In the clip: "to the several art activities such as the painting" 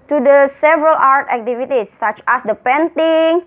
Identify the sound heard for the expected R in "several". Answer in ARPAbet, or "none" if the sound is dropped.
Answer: R